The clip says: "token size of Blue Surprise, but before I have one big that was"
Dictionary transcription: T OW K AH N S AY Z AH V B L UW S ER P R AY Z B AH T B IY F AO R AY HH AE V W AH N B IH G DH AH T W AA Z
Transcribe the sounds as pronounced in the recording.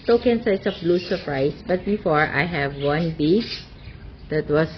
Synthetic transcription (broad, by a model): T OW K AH N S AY S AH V B L UW S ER P R AY S B AH T B IY F AO R AY HH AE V W AH N B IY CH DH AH T W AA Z